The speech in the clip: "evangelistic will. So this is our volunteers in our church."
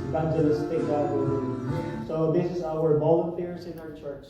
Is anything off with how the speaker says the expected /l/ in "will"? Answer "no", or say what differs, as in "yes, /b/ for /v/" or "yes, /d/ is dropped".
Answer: yes, /w/ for /l/